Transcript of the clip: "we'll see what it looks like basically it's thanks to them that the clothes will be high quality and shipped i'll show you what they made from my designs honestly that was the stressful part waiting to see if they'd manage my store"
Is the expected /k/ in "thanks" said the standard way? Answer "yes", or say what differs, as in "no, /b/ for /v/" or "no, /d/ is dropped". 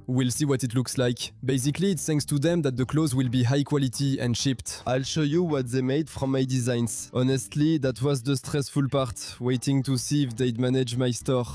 no, /k/ is dropped